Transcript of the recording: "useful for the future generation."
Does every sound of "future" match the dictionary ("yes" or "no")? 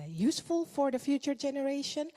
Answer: yes